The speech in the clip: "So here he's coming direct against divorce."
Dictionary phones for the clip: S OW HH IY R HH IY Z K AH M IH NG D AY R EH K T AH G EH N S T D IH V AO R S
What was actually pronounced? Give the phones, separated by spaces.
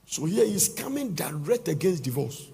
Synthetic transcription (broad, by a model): S OW HH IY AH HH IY S K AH M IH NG D AY R EH K T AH G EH N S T D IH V AO S